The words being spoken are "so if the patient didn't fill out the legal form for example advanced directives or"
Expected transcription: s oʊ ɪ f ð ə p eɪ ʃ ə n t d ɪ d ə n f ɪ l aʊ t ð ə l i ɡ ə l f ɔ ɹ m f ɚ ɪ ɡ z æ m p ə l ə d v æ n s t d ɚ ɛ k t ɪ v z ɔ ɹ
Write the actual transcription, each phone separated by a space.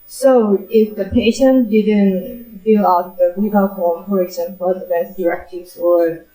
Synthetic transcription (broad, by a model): s oʊ ɪ f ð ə p eɪ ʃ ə n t d ɪ d ə n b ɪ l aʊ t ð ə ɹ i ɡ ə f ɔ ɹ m f ɚ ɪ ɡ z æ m p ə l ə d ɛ s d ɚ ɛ k t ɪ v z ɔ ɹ